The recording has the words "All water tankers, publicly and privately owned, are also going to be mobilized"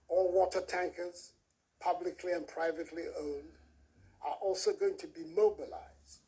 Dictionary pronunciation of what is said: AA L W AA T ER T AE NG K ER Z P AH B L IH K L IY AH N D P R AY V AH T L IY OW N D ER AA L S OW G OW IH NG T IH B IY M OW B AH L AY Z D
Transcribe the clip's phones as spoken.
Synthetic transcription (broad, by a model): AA L W AA T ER T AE NG K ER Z P AH B L IH K L IY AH N P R AY V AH T L IY OW N D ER AA L S OW G OW IH NG T IH B IY M OW B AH L AY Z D